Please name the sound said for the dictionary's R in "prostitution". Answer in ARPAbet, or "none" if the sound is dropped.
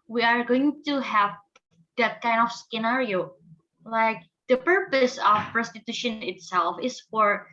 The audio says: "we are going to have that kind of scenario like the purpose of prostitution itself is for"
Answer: R